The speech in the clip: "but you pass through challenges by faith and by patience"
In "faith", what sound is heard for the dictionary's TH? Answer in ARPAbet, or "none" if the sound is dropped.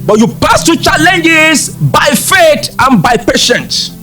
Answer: T